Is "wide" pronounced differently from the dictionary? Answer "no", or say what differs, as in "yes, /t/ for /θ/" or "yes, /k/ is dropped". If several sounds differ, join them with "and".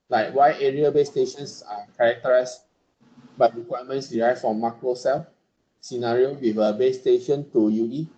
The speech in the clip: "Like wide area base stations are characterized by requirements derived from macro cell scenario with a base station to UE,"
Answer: yes, /d/ is dropped